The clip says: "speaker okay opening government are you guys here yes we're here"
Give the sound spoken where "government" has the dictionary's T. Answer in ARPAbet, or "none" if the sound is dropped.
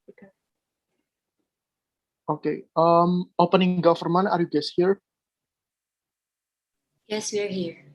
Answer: none